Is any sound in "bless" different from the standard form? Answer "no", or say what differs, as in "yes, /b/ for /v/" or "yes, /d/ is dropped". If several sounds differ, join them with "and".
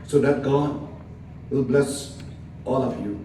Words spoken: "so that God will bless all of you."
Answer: no